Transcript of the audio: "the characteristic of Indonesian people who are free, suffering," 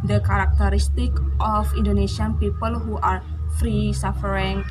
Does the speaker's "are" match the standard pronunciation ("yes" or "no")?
yes